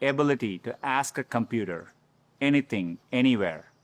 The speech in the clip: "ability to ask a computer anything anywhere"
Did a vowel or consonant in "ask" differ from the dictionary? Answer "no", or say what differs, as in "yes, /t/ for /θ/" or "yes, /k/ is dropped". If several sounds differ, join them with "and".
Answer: no